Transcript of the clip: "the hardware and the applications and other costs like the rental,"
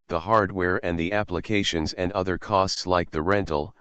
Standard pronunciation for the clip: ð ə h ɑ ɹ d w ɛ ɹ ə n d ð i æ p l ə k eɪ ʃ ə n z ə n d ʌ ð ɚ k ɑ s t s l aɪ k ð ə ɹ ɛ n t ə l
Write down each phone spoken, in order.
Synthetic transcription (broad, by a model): ð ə h ɑ ɹ d w ɛ ɹ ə n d ð i æ p l ə k eɪ ʃ ə n z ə n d ʌ ð ɚ k ɑ s t s l aɪ k ð ə ɹ ɛ n t l